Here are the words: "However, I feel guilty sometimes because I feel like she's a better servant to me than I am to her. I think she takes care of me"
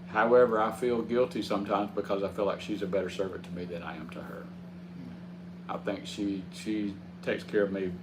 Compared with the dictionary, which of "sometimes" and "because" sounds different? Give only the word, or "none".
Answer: none